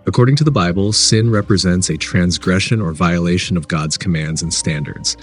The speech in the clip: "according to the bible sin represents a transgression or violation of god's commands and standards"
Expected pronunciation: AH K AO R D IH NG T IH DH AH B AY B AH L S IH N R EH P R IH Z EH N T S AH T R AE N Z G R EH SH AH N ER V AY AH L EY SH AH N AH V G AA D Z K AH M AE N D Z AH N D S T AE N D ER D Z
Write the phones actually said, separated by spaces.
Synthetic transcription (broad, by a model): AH K AO R D IH NG T IH DH AH B AY B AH L S IH N R EH P R IH Z EH N T S AH T R AE N Z G R EH SH AH N ER V AY AH L EY SH AH N AH V G AA D Z K AH M AE N D Z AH N S T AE N D ER D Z